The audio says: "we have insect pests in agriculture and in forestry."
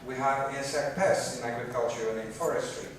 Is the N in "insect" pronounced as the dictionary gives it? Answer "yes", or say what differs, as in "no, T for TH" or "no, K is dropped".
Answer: no, N is dropped